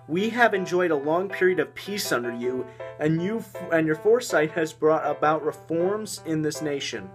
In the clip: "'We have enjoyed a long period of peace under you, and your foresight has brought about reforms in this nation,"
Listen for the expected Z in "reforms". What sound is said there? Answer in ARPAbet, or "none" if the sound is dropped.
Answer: Z